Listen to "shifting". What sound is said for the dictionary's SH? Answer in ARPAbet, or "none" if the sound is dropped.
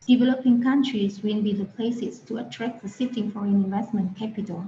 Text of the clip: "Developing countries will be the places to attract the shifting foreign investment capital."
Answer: S